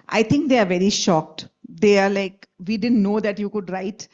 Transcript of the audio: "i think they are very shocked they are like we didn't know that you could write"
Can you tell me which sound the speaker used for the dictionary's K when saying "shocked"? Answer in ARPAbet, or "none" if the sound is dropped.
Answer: K